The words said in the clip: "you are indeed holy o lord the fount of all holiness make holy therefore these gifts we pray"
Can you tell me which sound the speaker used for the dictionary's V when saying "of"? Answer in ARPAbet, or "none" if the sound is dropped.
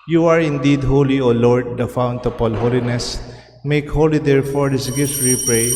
P